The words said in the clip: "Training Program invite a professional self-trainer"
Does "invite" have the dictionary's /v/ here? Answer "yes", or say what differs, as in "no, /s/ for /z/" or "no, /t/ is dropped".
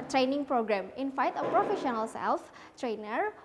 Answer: no, /f/ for /v/